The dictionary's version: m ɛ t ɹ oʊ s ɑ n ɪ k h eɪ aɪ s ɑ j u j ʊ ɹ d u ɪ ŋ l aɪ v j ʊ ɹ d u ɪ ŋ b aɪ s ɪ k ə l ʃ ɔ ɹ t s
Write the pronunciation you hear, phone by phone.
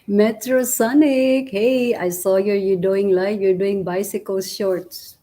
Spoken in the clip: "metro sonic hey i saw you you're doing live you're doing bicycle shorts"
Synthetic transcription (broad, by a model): m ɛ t ɹ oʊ s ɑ n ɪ k h eɪ aɪ s ɑ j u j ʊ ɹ d u ɪ ŋ l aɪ f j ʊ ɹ d u ɪ ŋ b aɪ s ɪ k ə l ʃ ɔ ɹ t s